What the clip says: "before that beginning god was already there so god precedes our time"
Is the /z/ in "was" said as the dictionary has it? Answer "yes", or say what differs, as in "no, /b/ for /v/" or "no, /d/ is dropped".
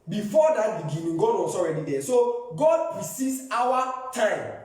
no, /s/ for /z/